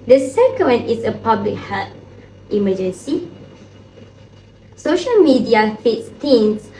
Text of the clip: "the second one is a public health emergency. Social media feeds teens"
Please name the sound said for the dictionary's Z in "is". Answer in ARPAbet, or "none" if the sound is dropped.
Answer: S